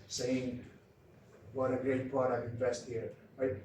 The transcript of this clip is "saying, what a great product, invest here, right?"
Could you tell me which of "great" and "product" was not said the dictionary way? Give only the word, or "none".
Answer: product